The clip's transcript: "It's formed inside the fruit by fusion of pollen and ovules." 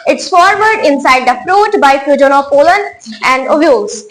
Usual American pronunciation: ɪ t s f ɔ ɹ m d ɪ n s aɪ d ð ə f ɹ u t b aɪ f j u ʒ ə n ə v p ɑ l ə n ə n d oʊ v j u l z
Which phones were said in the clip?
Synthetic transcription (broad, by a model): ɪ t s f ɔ ɹ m d ɪ n s aɪ d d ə f ɹ u t b aɪ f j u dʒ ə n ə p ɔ l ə n ə n d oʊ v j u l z